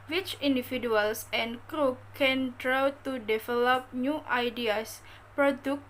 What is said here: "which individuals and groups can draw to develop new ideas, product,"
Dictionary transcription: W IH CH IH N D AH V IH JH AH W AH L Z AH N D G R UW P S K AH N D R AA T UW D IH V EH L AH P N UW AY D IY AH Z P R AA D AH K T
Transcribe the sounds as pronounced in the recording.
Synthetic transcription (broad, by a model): W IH CH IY N D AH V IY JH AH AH L S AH N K R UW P K AH N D R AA T UW D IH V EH L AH P N UW AY D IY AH S P R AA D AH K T